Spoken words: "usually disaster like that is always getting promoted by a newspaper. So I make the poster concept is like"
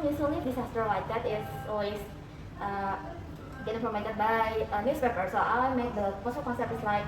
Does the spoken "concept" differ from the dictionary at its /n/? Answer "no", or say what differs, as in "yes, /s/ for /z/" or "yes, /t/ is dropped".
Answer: no